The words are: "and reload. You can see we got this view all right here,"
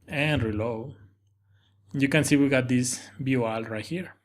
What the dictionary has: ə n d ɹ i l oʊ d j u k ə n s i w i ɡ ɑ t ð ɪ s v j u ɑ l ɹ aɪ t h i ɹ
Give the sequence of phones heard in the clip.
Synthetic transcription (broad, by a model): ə n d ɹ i l oʊ j u k ə n s i w i ɡ ɑ t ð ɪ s b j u ɑ l ɹ aɪ t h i ɹ